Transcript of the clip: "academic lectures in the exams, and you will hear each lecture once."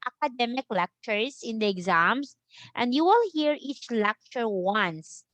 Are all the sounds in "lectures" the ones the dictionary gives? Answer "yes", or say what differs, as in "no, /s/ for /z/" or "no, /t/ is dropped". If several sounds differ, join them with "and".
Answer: no, /s/ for /z/